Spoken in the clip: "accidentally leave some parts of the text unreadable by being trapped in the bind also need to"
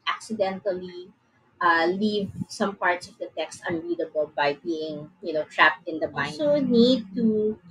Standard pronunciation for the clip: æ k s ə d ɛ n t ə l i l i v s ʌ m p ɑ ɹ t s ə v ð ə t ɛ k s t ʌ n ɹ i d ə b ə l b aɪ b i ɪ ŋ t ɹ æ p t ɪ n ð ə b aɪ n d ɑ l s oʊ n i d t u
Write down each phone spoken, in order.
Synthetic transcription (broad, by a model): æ k s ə d ɛ n t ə l i l i v s ʌ m p ɑ ɹ t s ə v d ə t ɛ k s t ʌ n ɹ i d ə b ə l b aɪ b i ɪ ŋ t ɹ æ p t ɪ n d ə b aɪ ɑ s oʊ n i d t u